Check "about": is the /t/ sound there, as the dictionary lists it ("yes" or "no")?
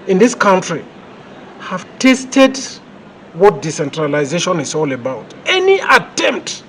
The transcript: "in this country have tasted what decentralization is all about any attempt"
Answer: yes